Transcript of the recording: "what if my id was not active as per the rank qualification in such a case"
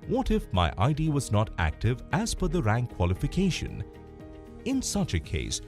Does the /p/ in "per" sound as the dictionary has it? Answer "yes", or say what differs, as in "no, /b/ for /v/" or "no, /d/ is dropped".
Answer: no, /f/ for /p/